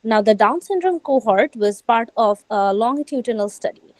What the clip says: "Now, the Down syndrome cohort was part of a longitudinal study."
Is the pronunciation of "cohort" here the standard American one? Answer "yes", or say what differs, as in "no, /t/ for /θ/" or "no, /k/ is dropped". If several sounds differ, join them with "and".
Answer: yes